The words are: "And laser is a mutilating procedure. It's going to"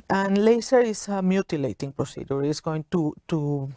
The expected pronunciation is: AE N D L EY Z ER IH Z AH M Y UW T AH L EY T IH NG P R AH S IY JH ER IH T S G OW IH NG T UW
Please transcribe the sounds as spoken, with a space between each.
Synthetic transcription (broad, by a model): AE N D L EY S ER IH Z AH M Y UW T AH L EY T IH NG P R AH S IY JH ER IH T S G OW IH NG T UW